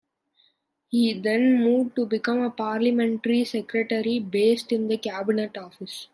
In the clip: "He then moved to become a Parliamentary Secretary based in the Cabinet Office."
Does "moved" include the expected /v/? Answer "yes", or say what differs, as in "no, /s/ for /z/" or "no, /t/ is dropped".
no, /v/ is dropped